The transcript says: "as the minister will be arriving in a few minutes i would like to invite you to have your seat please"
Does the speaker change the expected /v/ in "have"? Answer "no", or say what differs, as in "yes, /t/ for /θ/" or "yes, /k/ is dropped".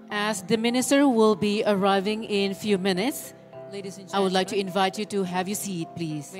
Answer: no